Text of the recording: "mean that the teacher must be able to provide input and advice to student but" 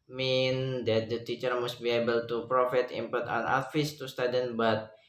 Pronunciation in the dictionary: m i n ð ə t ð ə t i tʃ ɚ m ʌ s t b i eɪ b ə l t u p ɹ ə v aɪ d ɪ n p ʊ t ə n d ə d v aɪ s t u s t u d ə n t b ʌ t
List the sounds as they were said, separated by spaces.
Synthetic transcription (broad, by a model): m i n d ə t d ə t i tʃ ɚ m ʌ s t b i eɪ b ə l t u p ɹ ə f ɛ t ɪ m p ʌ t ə n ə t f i s t u s t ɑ d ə n b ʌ t